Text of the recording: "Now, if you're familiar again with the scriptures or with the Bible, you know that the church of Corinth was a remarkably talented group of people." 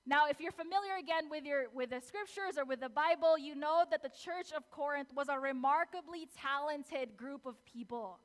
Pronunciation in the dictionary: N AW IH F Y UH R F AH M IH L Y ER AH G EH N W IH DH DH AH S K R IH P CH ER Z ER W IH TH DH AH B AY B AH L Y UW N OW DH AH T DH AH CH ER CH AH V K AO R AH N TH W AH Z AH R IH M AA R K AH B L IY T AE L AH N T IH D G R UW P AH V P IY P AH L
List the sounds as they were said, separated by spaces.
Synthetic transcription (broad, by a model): N AW IH F Y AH R F AH M IH L Y ER AH G EH N W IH DH DH AH S K R IH P CH ER Z ER W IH DH AH B AY B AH L Y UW N OW DH AH T DH AH CH ER CH AH V K AO R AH N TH W AH Z AH R IH M AA R K AH B L IY T AE L AH N T IH D G R UW P AH V P IY P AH L